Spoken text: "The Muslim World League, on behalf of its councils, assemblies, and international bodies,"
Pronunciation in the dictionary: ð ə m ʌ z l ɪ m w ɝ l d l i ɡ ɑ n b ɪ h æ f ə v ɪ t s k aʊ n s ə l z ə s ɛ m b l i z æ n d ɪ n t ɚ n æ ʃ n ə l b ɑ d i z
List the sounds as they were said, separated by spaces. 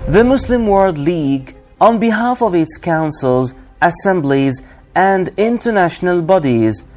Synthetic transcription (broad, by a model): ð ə m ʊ s l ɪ m w ɝ l d l i ɡ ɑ n b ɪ h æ f ə v ɪ t s k aʊ n s ə l z ə s ɛ m b l i z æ n d ɪ n t ɚ n æ ʃ n ə l b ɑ d i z